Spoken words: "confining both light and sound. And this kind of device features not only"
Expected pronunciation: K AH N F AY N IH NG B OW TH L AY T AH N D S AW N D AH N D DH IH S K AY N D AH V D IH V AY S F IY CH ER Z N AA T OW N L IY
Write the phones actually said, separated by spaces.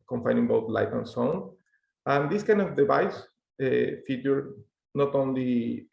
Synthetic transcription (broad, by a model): K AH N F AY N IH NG B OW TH L AY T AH N S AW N AH N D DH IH S K AY N D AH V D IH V AY S F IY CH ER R N AA T OW N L IY